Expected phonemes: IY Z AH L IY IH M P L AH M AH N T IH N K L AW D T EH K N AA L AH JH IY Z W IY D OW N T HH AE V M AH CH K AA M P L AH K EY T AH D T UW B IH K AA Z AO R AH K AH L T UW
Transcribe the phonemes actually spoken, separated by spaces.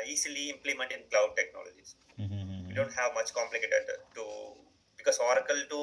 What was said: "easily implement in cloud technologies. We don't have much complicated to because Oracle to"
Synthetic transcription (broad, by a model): IY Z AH L IY IH M P L AH M AH N T IH N K L AW D T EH K N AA L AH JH IY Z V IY D OW N T HH AE V M AH CH K AA M P L AH K EY T AH D T UW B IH K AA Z AO R AH K AH L T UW